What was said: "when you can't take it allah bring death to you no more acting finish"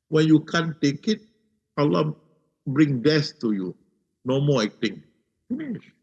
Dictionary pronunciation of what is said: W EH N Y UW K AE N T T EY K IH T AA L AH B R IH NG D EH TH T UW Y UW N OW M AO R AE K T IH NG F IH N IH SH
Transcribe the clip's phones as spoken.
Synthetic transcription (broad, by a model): W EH N Y UW K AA N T T EY K IH T AA L AH B R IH NG D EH S T UW Y UW N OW M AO L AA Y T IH NG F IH N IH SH